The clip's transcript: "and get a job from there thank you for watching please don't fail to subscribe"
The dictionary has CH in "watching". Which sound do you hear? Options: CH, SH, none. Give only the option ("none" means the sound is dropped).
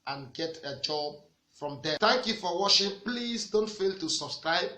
SH